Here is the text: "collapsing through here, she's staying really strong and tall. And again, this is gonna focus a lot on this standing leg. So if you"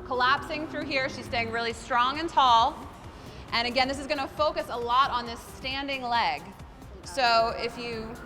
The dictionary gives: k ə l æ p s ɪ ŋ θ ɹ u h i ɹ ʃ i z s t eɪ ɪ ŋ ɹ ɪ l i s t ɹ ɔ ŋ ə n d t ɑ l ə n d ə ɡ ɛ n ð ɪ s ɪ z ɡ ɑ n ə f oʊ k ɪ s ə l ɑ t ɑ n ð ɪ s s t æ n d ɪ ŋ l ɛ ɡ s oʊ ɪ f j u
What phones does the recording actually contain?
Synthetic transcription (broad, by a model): k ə l æ p s ɪ ŋ θ ɹ u h i ɹ ʃ i z s t eɪ ɪ ŋ ɹ ɪ l i s t ɹ ɔ ŋ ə n t ɑ l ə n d ə ɡ ɛ n ð ɪ s ɪ z ɡ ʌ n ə f oʊ k ɪ s ə l ɑ t n ð ɪ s s t æ n d ɪ ŋ l ɛ ɡ s oʊ ɪ f j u